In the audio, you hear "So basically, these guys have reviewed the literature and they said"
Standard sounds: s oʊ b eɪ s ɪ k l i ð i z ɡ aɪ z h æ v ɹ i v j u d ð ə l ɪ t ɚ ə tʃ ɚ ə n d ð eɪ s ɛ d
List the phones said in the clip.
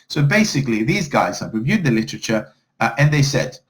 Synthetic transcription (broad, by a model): s oʊ b eɪ s ɪ k l i ð i z ɡ aɪ z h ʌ p ɹ i v j u d ð ə l ɪ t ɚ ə tʃ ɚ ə n ð eɪ s ɛ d